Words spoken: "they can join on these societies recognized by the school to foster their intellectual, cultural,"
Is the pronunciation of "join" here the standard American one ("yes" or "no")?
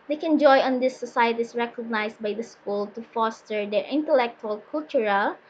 no